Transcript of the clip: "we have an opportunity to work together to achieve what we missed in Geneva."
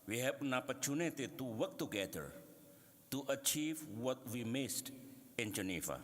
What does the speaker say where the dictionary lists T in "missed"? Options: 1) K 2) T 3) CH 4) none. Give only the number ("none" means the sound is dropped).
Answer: 2